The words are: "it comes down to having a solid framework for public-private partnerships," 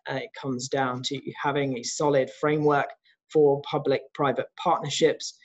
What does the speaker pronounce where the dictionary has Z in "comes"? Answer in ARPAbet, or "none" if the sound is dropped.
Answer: Z